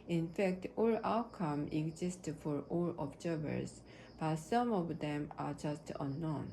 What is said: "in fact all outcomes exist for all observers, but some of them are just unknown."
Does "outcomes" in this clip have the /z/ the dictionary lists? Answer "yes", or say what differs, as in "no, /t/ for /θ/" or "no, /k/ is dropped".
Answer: no, /z/ is dropped